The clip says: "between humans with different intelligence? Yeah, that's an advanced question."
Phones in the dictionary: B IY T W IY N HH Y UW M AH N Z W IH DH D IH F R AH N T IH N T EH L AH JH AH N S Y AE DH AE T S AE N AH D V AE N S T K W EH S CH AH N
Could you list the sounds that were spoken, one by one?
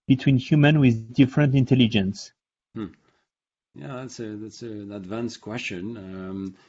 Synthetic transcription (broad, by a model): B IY T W IY N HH Y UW M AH N W IH DH D IH F R AH N T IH N T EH L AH JH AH N S Y AE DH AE T S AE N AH D V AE N S K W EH S CH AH N